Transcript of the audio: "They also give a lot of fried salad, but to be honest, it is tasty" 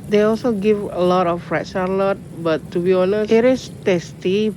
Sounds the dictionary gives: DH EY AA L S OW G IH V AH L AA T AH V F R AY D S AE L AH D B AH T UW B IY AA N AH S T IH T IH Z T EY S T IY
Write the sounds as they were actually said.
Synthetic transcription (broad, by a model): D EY AA L S OW G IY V AH L AA T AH F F R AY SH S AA L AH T B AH T UW B IY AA N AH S IH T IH S T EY S T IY